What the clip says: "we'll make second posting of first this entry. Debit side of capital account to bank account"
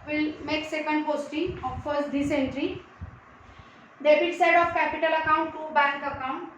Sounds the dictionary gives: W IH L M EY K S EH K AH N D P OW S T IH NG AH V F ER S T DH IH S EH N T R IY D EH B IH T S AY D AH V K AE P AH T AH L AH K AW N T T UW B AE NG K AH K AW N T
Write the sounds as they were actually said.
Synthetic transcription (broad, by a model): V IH L M EY K S EH K AH N D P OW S T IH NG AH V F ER S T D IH S EH N T R IY D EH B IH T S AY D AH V K AE P AH T AH L AH K AW N T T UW B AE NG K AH K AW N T